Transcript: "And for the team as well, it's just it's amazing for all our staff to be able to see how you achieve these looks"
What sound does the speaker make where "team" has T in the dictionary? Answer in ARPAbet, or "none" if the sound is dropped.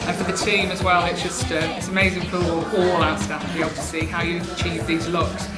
T